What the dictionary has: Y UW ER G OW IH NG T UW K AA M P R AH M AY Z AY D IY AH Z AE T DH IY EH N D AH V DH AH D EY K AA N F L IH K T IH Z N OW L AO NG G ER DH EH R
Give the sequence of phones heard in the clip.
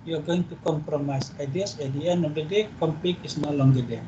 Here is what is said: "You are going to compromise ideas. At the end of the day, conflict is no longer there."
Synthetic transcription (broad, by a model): Y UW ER G OW IH NG T UW K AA M P R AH M AY S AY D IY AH S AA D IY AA N AH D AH D EY K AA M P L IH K IH S N OW L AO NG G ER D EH